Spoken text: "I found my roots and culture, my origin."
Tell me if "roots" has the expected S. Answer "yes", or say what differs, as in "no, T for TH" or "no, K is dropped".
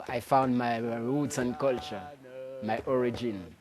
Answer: no, S is dropped